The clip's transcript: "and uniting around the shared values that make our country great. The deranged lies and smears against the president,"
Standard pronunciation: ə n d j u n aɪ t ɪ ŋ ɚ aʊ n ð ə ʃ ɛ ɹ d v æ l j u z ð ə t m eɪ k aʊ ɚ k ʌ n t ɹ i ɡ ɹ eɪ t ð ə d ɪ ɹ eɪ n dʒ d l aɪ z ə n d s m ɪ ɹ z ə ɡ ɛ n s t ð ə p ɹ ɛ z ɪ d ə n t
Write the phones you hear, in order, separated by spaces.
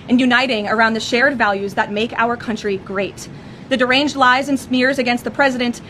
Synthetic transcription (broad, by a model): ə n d j u n aɪ t ɪ ŋ ɚ aʊ n ð ə ʃ ɛ ɹ d v æ l j u z ð ə t m eɪ k aʊ ɚ k ʌ n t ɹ i ɡ ɹ eɪ t ð ə d ɪ ɹ eɪ n dʒ d l aɪ z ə n s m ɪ ɹ z ə ɡ ɛ n s t ð ə p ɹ ɛ z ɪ d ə n t